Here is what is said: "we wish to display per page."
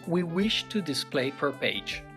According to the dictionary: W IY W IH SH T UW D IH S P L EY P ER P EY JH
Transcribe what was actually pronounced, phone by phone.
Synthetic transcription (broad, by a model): W IY W IH SH T UW D IH S P L EY F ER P EY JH